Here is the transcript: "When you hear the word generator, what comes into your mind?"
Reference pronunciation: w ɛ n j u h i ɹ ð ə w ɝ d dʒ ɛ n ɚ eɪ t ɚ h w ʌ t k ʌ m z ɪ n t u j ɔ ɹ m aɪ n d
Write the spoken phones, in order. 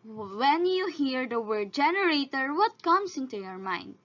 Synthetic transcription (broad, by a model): w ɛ n j u h i ɹ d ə w ɝ d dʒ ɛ n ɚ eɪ t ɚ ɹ w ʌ t k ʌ m s ɪ n t u j ɔ ɹ m aɪ n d